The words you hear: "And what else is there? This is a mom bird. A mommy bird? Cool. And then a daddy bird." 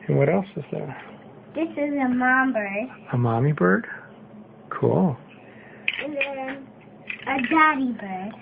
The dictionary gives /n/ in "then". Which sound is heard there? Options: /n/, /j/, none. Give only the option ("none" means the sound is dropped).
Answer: none